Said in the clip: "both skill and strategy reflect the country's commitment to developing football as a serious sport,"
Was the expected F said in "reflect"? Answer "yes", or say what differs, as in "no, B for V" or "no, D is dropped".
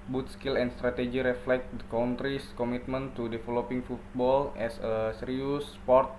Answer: yes